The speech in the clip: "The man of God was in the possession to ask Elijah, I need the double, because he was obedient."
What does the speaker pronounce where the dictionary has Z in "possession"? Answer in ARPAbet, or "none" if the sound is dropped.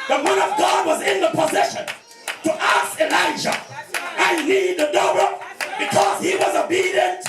Z